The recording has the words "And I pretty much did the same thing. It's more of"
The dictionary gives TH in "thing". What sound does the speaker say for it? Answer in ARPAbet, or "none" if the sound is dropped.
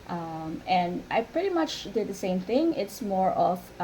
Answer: TH